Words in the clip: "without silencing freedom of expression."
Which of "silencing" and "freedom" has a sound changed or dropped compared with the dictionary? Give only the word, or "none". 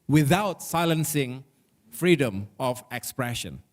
none